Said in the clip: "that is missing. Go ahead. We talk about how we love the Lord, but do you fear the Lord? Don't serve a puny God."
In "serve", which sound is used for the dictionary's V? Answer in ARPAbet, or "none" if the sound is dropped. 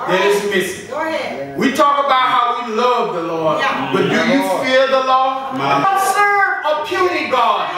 none